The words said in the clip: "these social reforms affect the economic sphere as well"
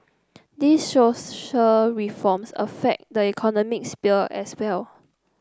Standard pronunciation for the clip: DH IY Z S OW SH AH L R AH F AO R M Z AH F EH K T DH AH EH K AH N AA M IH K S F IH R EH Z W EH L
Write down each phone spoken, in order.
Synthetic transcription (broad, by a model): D IY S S OW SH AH L R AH F AO M S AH F EH K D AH EH K AH N AA M IH K S P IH L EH S W EH L